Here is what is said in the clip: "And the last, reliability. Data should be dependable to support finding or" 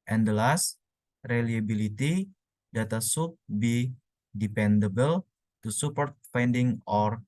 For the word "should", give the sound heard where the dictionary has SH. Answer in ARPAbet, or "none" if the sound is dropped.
S